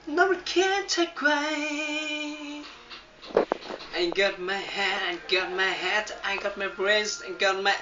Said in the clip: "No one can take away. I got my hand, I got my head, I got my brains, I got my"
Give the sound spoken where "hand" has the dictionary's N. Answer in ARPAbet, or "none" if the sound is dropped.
none